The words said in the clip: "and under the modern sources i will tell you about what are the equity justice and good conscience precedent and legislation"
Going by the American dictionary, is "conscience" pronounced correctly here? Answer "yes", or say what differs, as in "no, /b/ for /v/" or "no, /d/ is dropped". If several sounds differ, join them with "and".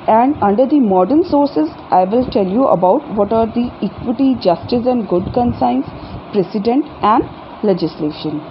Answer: no, /s/ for /ʃ/